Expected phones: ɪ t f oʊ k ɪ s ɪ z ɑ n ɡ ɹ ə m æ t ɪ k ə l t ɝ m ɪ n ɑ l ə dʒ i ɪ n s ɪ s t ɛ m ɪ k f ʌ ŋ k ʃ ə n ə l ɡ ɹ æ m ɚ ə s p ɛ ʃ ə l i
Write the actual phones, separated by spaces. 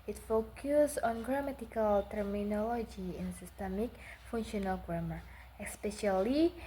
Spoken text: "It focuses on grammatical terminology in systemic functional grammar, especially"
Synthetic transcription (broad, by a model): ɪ t f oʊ k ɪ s ɑ n ɡ ɹ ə m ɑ t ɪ k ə l t ɝ m ɪ n ɑ l ə dʒ i ɪ n s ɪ s t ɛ m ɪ k f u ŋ ʃ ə n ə l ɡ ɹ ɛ m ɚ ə s p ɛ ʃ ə l i